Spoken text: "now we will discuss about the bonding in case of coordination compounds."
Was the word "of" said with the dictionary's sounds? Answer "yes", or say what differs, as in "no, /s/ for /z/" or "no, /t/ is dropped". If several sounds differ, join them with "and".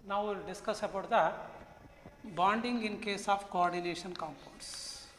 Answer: no, /p/ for /v/